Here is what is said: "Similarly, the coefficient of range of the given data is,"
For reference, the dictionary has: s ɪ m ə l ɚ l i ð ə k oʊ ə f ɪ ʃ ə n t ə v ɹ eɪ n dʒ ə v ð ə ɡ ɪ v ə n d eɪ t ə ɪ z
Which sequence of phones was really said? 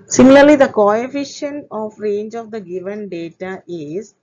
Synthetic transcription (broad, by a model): s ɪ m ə l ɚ l i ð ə k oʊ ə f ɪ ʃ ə n ə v ɹ eɪ n dʒ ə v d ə ɡ ɪ v ə n d eɪ t ə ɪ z